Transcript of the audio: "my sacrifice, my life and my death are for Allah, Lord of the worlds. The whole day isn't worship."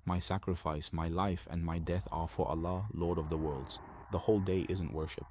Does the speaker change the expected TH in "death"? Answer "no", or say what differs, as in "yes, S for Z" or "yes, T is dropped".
no